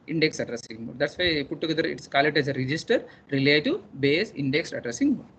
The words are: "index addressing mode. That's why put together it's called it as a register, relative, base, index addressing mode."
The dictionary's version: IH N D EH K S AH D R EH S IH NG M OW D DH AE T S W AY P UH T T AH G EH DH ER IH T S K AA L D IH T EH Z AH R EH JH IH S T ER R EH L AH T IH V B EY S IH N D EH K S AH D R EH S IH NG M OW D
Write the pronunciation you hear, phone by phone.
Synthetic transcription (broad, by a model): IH N D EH K S AH D R EH S IH NG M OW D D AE T S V AY P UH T T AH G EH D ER IH T S K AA L IH T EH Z AH R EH JH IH S T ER R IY L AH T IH B EY S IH N D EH K S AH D R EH S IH NG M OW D